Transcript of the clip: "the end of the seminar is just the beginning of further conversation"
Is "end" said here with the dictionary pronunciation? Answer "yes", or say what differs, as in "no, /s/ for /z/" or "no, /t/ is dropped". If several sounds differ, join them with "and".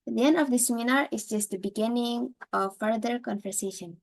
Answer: yes